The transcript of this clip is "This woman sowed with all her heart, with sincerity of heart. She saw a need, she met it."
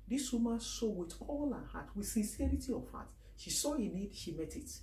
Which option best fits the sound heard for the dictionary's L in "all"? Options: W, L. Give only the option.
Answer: L